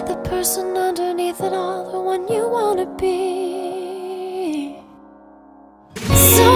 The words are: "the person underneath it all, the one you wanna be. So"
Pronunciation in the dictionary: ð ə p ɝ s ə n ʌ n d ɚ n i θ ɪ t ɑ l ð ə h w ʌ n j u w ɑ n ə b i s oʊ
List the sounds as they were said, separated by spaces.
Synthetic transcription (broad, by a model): ð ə p ɝ s ə n ʌ n d ɚ n i θ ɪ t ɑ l ð ə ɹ w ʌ n j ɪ w ɑ n ə b i